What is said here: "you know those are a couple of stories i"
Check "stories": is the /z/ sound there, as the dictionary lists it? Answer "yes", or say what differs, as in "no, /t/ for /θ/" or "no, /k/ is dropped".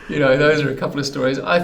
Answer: yes